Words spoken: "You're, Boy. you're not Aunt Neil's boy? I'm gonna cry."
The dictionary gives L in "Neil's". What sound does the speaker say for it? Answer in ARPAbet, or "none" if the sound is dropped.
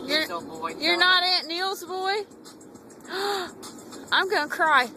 L